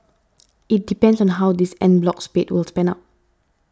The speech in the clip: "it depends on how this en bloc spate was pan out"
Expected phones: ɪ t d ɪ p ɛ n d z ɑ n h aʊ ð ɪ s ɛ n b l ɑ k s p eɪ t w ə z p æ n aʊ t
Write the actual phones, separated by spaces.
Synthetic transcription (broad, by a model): ɪ t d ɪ p ɛ n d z ɑ n h aʊ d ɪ s ɛ n b l ɑ k s p eɪ t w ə s p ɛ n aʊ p